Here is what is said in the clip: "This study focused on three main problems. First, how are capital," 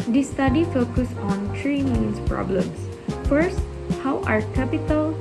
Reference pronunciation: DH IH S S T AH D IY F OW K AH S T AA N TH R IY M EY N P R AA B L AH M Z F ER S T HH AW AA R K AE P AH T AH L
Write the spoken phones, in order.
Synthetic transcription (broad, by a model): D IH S S T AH D IY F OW K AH S AA N T R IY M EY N P R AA B L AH M S F ER S T HH AW AA R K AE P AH T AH L